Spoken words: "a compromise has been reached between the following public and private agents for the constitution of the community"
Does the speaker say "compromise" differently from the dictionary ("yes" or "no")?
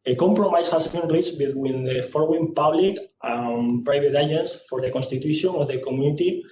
yes